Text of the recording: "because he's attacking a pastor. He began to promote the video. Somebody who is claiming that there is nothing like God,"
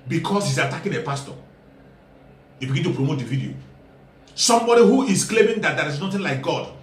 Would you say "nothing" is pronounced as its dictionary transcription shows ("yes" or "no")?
no